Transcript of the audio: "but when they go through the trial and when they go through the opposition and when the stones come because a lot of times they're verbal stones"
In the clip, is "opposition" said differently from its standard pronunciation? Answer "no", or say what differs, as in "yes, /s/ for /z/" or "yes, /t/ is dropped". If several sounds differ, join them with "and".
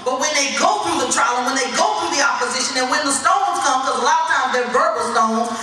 no